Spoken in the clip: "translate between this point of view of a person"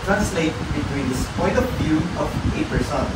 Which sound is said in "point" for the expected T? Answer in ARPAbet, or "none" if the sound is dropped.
none